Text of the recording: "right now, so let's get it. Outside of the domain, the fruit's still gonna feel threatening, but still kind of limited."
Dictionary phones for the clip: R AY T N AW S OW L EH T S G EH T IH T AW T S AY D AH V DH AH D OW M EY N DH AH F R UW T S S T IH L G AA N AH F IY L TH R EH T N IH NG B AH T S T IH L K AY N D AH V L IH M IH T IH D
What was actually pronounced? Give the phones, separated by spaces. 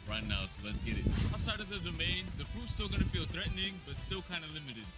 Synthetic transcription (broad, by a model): R AY T N AW S OW L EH T S G EH T IH T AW S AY D AH V DH AH D OW M EY N DH AH P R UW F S S T IH L G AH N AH F IY L TH R EH T N IH NG B AH T S T IH L K AY N D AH L IH M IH T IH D